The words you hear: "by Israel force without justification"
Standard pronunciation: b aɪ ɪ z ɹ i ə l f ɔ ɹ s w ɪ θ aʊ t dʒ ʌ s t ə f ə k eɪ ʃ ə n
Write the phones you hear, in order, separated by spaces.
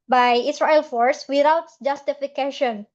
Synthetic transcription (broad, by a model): b aɪ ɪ s ɹ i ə l f ɔ ɹ s w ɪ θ aʊ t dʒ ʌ s t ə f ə k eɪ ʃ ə n